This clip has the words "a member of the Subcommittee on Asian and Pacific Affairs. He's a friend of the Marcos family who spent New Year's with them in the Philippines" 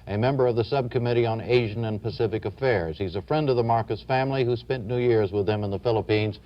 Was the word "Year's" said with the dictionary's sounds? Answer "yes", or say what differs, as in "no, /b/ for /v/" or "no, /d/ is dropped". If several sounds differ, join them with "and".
yes